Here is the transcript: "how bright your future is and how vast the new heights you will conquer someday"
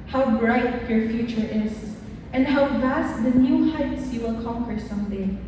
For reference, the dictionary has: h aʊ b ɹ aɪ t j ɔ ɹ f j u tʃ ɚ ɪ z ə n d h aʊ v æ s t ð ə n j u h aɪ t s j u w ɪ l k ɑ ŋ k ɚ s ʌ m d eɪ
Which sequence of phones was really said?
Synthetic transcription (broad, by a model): h aʊ b ɹ aɪ t j ɔ ɹ f j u tʃ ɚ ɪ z ə n d h aʊ v æ s t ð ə n j u h aɪ t s j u w ɪ l k ɑ ŋ k ɚ s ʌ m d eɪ